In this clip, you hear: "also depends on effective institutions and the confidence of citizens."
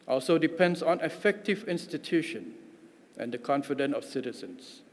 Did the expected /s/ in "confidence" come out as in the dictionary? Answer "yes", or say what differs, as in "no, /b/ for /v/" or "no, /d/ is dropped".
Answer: no, /s/ is dropped